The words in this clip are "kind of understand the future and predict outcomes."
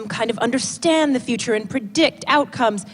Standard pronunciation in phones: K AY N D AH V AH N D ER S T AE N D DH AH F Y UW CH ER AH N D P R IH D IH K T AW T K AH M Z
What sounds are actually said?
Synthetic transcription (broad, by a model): K AY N D AH V AH N D ER S T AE N DH AH F Y UW CH ER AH N P R IH D IH K T AW T K AH M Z